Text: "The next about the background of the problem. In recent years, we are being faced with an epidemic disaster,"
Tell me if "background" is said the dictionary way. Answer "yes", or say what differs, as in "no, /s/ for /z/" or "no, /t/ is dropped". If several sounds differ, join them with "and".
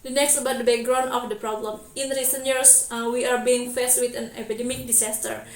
no, /d/ is dropped